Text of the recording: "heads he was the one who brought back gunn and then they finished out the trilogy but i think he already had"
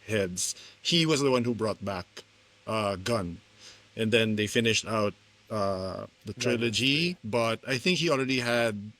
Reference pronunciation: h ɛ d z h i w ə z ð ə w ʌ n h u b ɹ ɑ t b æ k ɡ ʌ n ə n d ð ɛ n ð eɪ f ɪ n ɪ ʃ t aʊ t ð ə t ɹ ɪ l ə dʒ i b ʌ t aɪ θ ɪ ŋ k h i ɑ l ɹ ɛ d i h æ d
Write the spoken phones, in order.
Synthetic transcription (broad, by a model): h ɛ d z h i w ə z ð ə w ʌ n h u b ɹ ɑ t b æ k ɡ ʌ n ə n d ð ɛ n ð eɪ f ɪ n ɪ ʃ t aʊ t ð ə t ɹ ɪ l ə dʒ i b ʌ t aɪ θ ɪ ŋ k h i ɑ l ɹ ɛ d i h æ d